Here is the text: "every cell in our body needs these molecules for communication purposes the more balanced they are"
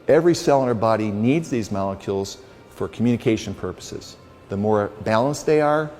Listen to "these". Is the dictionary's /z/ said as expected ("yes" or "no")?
yes